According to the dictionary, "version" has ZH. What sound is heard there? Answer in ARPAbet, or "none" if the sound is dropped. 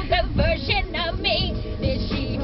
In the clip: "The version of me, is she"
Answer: SH